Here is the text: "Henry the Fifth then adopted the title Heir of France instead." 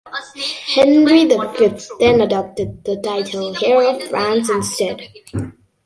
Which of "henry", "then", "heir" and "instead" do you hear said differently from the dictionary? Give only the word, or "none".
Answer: none